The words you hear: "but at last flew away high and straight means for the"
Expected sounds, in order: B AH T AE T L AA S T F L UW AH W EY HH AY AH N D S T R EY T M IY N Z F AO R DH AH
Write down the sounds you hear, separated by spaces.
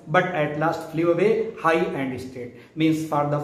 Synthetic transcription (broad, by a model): B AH T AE T L AA S T F L UW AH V EY HH AY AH N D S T EY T M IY N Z F AO R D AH